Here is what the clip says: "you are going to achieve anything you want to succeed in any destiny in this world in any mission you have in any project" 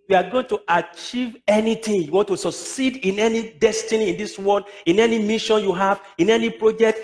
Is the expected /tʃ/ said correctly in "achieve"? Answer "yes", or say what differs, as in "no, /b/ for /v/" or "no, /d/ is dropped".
yes